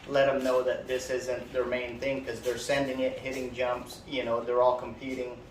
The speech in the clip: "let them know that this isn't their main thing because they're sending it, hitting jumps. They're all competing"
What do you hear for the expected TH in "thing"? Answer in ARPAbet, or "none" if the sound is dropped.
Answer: TH